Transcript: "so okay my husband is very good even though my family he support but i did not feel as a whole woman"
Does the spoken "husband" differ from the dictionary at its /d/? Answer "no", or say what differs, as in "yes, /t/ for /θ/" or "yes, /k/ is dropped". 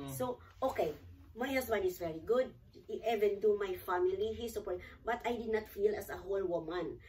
yes, /d/ is dropped